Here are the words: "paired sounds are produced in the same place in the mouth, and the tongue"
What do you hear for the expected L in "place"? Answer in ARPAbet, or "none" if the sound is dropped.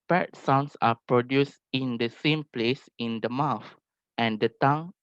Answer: L